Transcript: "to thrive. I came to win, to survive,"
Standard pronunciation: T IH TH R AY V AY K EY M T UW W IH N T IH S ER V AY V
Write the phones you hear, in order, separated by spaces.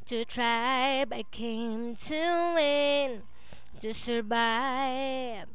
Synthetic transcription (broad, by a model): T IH T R AY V AY K EY M T UW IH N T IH S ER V AY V